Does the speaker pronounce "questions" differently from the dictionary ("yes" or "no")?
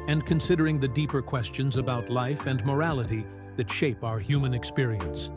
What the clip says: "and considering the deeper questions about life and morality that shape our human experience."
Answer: no